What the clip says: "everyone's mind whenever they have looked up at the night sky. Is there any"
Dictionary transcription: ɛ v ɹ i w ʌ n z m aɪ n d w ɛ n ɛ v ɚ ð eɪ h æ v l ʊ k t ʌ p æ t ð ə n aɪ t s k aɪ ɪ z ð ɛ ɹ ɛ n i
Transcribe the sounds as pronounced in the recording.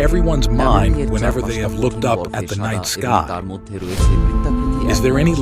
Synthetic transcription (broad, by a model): ɛ v ɹ i w ʌ n z m aɪ n d w ɛ n ɛ v ɚ ð eɪ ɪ v l ʊ k t ʌ p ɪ t ð ə n aɪ t s k aɪ ɪ z ð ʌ ɹ ɛ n i